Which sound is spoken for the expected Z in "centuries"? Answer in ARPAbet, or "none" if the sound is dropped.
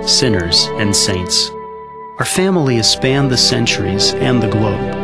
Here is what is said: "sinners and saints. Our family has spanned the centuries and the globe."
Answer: Z